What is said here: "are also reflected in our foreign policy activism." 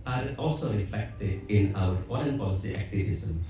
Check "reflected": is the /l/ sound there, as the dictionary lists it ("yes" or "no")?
no